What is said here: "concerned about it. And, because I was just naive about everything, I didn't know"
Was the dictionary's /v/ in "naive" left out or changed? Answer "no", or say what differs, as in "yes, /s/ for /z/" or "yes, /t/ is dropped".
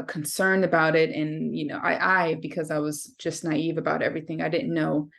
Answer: no